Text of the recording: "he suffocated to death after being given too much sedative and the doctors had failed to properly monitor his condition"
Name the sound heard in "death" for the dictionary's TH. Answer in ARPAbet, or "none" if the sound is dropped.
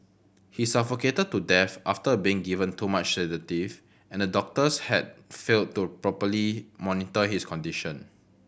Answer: F